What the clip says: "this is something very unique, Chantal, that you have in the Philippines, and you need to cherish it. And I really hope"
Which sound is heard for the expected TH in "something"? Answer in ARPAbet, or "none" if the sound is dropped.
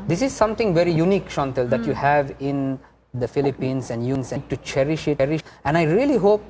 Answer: T